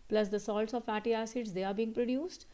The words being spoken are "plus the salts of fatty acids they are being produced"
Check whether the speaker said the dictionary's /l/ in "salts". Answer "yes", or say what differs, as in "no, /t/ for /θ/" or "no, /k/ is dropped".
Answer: yes